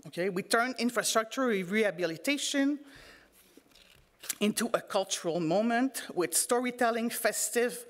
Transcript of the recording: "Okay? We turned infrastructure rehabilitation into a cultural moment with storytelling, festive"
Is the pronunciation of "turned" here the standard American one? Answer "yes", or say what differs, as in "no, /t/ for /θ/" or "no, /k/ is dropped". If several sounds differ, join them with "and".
no, /d/ is dropped